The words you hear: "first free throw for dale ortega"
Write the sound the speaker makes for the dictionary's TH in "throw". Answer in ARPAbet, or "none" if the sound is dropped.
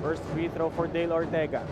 T